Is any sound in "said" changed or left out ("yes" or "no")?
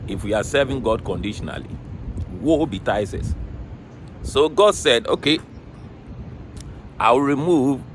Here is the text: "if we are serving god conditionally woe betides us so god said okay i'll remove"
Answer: no